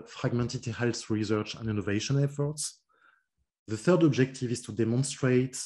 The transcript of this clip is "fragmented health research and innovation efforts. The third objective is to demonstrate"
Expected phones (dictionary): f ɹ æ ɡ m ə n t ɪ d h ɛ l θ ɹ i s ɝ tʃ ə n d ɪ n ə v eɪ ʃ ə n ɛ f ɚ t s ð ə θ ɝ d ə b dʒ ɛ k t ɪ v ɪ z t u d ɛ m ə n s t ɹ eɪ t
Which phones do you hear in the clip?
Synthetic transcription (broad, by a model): f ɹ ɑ ɡ m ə n t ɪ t h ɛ l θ ɹ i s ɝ tʃ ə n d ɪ n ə v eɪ ʃ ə n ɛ f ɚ t s ð ə θ ɝ d ə b dʒ ɛ k t ɪ v ɪ z t u d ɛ m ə n s t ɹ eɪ t